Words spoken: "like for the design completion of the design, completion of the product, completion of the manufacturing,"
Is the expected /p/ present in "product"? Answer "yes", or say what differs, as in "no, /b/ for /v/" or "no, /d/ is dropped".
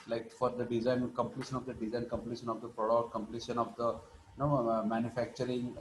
yes